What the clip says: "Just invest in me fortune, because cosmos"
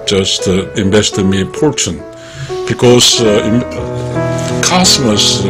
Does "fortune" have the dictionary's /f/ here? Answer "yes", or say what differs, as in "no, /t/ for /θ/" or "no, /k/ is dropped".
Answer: no, /p/ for /f/